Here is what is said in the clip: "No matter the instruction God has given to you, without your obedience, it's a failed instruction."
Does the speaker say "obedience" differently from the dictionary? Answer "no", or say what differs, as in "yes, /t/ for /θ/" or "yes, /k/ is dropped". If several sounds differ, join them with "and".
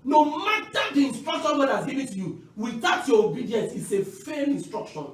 no